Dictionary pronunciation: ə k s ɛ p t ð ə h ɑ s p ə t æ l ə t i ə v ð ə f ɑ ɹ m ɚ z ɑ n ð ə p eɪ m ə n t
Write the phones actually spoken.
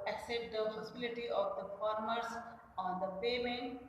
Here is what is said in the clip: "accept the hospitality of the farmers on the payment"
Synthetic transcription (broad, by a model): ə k s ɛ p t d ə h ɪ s ə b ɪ l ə t i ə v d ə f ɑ ɹ m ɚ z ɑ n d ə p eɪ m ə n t